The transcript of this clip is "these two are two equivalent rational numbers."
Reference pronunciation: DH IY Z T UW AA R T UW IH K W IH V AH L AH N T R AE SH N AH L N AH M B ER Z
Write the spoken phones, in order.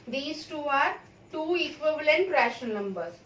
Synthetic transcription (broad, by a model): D IY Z T UW AA R T UW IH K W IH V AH L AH N T R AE SH AH N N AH M B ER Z